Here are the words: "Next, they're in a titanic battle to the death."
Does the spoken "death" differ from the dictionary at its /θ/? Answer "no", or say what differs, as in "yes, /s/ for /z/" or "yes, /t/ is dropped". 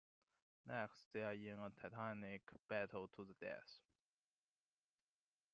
yes, /s/ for /θ/